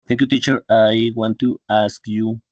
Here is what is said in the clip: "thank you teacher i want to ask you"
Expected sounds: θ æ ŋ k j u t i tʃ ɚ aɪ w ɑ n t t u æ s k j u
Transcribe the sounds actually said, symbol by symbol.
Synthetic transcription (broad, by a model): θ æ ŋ k j u t i tʃ ɚ aɪ w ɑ n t t u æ s k j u